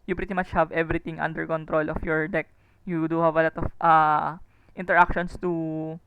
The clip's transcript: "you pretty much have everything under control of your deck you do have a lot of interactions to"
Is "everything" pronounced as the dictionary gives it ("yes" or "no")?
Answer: no